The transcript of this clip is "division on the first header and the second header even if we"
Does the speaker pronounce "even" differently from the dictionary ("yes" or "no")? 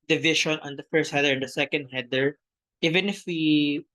no